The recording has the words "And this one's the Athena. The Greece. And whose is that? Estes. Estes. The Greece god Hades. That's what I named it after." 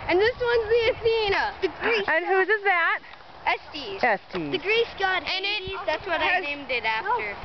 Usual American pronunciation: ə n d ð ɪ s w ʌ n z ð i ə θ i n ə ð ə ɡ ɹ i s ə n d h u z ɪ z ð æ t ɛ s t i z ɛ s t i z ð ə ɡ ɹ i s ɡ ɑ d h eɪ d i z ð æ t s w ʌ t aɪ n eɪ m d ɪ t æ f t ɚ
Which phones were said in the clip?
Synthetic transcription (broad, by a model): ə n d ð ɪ s w ʌ n z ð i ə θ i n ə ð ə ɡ ɹ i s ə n h u z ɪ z ð æ t ɛ s t i z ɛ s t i ð ə ɡ ɹ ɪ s ɡ ɑ d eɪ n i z ð æ t s w ʌ t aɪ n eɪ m d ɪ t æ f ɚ